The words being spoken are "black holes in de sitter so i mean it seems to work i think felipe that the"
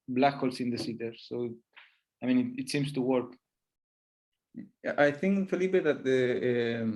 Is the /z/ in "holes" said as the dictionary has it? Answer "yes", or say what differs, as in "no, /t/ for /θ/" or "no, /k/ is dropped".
no, /s/ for /z/